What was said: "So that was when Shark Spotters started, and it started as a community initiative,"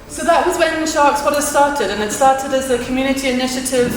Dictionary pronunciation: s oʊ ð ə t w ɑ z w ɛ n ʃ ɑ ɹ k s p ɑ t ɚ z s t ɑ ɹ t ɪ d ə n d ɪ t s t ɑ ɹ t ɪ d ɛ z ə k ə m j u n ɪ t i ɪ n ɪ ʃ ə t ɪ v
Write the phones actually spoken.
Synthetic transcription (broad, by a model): s oʊ ð ə t w ɑ z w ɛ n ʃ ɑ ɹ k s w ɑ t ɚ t s t ɑ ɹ t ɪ d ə n ɪ t s t ɑ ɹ t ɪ d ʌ z ə k ə m j u n ɪ t i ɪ n ɪ ʃ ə t ɪ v